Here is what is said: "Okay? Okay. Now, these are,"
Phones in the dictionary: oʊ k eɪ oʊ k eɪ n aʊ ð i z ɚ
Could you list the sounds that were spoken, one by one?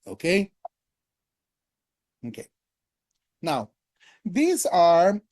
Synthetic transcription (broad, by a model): oʊ k eɪ oʊ k eɪ n aʊ ð i z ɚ